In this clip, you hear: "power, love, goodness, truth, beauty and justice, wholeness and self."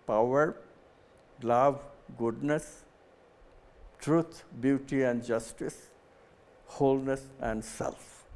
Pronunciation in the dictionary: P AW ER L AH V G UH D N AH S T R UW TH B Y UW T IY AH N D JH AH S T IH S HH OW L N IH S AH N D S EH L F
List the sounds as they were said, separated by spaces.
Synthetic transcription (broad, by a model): P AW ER L AH V G UH D N AH S T R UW T B Y UW T IY AH N D JH AH S T IH S HH OW L N IH S AH N D S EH L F